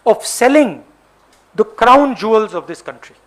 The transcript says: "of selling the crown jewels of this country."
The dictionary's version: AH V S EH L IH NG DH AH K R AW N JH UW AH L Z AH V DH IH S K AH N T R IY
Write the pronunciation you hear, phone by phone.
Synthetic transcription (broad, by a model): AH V S EH L IH NG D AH K R AW N JH UW AH L Z AH V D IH S K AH N T R IY